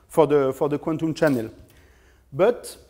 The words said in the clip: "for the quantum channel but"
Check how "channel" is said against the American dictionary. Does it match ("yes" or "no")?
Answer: yes